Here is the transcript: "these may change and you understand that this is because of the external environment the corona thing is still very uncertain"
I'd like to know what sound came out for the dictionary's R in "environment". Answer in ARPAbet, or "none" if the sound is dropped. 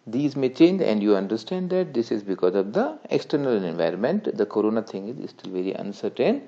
R